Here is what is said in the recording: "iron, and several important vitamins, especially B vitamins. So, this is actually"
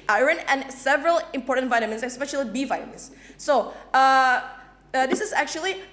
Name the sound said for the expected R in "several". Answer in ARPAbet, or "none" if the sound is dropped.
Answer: R